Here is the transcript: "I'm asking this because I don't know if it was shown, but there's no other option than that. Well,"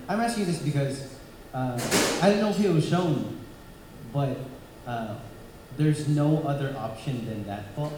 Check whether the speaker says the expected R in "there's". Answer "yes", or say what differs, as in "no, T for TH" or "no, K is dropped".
yes